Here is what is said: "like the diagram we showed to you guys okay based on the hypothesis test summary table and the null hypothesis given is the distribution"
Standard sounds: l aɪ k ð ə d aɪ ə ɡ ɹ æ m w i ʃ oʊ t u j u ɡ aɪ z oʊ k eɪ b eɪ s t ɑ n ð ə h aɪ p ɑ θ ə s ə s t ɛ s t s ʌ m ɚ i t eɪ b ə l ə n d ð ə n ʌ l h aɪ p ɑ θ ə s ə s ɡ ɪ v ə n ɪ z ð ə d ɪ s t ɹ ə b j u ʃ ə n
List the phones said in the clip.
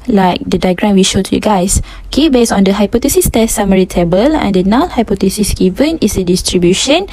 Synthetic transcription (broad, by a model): l aɪ k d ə d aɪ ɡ ɹ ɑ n w i ʃ oʊ t u j u ɡ aɪ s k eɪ b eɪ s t ɑ n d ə h aɪ p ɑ t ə s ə s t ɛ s s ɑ m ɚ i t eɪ b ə l ə n d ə n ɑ n h aɪ p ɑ t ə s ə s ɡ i v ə n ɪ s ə d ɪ s t ɹ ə b j u ʃ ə n